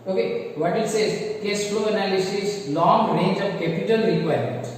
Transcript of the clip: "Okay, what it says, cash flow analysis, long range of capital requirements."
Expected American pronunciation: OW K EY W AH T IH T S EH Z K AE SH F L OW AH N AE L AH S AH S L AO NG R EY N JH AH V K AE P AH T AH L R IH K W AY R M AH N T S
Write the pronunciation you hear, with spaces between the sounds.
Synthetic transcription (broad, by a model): OW K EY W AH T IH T S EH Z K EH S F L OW AH N AE L AH S AH S L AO NG R EY N JH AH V K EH P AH T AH L R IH K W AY R M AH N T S